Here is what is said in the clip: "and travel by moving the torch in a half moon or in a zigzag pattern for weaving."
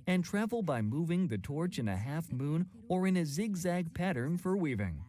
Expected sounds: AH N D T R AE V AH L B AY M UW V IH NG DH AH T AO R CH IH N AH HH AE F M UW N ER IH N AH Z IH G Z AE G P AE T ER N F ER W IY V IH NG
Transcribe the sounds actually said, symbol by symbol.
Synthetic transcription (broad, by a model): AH N T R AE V L B AY M UW V IH NG DH AH T AO R CH IH N AH HH AE F M UW N ER IH N AH Z IH G Z AE G P AE T ER N F ER W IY V IH NG